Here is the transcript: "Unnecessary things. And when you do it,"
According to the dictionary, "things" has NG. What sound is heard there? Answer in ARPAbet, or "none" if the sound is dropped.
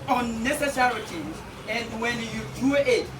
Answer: none